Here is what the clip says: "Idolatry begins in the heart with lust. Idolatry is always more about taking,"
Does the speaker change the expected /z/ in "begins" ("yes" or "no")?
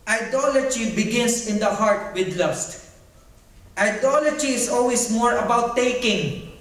yes